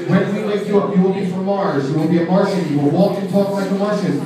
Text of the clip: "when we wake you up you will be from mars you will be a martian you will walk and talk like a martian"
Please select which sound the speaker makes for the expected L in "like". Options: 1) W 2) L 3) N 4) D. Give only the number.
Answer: 3